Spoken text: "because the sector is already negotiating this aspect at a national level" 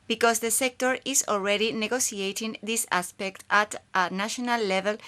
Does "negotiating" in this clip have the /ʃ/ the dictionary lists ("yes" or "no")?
no